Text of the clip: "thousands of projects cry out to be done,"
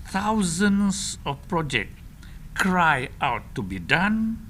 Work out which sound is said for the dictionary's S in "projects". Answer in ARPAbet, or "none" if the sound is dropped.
none